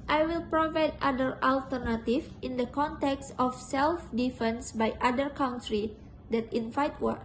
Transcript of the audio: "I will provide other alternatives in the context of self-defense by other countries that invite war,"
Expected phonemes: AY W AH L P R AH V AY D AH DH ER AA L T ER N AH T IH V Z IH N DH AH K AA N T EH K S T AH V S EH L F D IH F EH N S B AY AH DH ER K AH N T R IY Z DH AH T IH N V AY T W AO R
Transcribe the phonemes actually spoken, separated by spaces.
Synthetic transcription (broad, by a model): AY W AH L P R AH V AY D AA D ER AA L T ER N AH T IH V IH N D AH K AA N T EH K S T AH F S EH L F D IH F EH N S B AY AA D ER K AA N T R IY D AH T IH N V AY T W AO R